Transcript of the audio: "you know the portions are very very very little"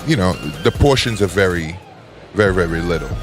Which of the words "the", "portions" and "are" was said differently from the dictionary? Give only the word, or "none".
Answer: none